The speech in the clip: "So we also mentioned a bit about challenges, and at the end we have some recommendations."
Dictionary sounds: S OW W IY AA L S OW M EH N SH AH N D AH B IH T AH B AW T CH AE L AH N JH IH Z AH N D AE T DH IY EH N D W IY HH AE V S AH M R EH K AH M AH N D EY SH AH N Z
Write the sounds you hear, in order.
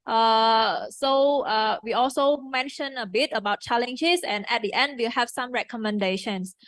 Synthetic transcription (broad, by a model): S OW W IY AA L S OW M EH N SH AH N AH B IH T AH B AW T CH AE L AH N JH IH S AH N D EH T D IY EH N D W IY HH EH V S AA M R EH K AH M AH N D EY SH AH N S